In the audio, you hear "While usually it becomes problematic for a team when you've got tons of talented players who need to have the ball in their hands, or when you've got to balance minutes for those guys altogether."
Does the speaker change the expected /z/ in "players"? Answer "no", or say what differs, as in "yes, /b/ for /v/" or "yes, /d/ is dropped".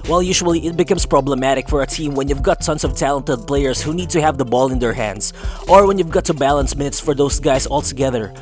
yes, /s/ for /z/